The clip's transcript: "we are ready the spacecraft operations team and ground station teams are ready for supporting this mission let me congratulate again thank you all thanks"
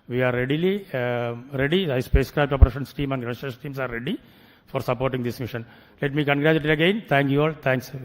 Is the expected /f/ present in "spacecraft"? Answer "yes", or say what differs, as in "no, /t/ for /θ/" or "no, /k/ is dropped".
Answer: no, /p/ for /f/